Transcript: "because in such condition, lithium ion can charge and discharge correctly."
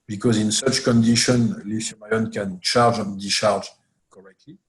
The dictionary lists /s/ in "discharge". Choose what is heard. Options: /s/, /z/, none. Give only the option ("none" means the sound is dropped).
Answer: none